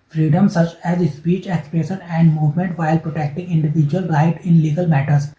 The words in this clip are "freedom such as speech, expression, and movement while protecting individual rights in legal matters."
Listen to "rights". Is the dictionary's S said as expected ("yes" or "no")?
no